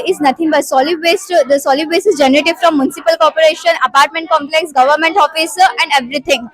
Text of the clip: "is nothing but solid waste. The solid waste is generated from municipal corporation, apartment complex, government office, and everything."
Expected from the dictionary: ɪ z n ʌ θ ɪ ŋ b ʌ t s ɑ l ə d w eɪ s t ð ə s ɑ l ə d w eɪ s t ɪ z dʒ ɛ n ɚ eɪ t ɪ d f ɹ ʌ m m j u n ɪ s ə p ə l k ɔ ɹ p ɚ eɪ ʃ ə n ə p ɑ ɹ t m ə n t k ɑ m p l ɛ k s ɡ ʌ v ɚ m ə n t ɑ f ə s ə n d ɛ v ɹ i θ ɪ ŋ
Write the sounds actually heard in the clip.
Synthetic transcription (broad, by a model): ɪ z n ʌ t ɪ ŋ b ʌ t s ɑ l ə d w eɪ s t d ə s ɑ l ə d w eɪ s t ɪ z dʒ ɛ n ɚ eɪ t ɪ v f ɹ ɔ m m j u n ɪ s ə p ə l k ɔ ɹ p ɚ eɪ ʃ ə n ə p ɑ ɹ t m ə n t k ɑ m p l ɛ k s ɡ ʌ v ɚ m ə n t ɑ f ə s ə n d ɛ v ɹ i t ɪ ŋ